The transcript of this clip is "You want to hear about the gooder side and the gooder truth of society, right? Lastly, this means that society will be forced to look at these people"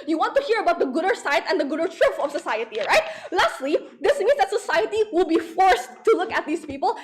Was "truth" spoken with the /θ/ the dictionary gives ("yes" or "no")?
no